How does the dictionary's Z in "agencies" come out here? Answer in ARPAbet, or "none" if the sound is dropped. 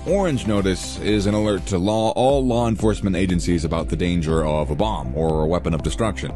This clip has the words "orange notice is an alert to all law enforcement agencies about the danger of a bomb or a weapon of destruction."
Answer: Z